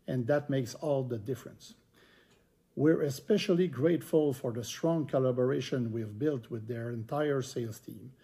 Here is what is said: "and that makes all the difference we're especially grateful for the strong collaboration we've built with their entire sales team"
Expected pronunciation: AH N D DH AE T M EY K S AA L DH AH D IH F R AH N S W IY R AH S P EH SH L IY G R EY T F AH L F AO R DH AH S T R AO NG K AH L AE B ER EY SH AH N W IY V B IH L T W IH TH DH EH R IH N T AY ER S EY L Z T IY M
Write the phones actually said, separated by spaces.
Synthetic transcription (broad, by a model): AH N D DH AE T M EY K S AA L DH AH D IH F R AH N S W IY R AH S P EH SH L IY G R EY T F AH L F AO R DH AH S T R AO NG K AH L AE B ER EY SH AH N W IY V B IH L T W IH DH EH R IH N T AY ER S EY L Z T IY M